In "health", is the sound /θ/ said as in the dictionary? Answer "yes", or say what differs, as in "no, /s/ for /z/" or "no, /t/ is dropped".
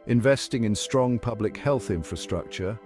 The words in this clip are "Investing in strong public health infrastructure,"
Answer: yes